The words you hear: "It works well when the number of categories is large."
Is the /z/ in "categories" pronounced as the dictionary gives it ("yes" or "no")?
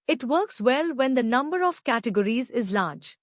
yes